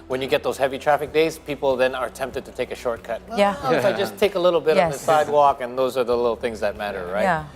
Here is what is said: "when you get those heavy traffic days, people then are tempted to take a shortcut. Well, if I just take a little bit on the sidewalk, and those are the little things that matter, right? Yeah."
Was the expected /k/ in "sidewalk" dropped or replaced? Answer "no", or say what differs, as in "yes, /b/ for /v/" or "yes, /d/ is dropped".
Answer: no